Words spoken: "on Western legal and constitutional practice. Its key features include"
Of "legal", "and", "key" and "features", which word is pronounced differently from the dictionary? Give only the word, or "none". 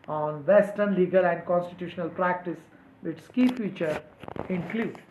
features